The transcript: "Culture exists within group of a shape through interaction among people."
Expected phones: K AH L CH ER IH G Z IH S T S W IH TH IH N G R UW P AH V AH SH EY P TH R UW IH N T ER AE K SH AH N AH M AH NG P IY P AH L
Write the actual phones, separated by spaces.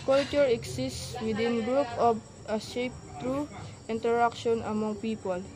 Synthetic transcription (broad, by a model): K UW L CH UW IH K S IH S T S W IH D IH N G R UW P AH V AH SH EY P T R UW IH N T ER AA K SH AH N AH M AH NG P IY P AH L